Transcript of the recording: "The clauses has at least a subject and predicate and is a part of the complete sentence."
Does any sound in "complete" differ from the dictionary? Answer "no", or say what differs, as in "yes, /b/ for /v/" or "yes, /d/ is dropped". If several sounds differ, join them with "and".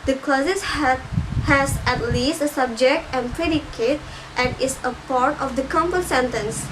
yes, /l/ is dropped